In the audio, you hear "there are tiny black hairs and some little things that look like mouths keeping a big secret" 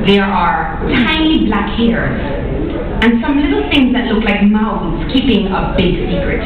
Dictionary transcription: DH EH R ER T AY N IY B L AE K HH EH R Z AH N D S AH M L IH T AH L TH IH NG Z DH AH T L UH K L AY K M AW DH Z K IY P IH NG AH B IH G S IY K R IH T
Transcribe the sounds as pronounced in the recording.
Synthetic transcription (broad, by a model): DH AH R ER T AY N IY B L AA K HH EH R Z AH N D S AH M L IH T L TH IH NG Z DH AH T L UH K L AY K M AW Z K IY P IH NG AH B IH G S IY K R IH T